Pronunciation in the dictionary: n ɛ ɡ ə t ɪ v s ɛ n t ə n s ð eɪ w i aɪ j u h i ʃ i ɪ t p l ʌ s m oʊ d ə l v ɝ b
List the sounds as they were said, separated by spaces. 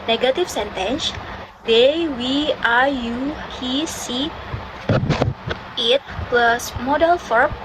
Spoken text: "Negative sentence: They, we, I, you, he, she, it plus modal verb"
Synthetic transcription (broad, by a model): n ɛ ɡ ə t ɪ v s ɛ n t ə n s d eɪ w i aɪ j u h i s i ɪ t p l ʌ s m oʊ d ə l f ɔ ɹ